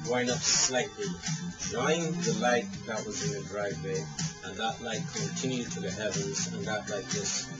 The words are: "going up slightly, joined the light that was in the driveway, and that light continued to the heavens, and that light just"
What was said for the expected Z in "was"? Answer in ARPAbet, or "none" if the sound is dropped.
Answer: Z